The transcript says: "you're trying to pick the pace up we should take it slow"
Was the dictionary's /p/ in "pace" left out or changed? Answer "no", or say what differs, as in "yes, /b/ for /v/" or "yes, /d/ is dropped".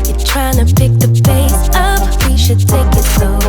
yes, /b/ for /p/